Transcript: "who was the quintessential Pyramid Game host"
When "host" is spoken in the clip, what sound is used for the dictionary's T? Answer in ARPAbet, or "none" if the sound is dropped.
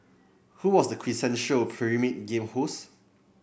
none